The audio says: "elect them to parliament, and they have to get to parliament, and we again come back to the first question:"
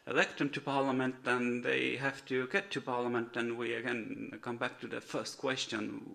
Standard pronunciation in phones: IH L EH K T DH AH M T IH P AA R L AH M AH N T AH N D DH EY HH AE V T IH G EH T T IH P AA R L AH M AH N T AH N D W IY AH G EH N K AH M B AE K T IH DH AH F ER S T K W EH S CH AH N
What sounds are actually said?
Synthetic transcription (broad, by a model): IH L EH K T DH AH M T IH P AA R L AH M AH N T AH N DH EY HH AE F T IH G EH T T IH P AA R L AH M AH N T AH N W IY AH G EH N K AH M B AE K T IH DH AH F ER S T K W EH S CH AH N